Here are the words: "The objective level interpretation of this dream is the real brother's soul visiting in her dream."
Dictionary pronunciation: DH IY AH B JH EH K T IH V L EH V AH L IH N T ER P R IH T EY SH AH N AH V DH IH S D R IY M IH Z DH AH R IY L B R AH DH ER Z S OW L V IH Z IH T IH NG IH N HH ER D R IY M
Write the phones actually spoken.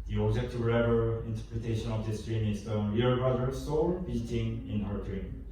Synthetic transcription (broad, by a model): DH IY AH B JH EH K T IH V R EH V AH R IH N T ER P R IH T EY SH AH N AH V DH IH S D R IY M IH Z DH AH W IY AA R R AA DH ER S OW L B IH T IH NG IH N HH ER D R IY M